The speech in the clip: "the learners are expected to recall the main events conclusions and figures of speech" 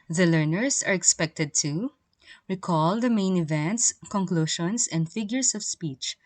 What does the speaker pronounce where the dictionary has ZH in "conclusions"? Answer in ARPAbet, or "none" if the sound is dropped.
SH